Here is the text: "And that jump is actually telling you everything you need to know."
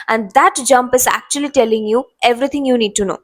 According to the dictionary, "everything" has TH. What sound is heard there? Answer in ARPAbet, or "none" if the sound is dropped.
T